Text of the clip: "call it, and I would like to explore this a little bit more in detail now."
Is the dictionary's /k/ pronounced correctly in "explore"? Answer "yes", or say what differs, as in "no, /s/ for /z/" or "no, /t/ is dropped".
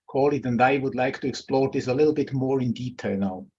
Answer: yes